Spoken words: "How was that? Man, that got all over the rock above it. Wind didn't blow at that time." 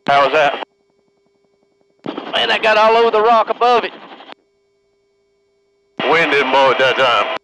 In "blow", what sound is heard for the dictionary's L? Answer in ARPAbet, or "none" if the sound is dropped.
none